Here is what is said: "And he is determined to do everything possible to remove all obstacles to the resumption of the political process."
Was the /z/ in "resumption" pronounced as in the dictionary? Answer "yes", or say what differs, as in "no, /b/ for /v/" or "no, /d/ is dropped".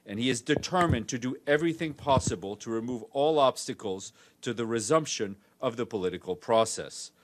yes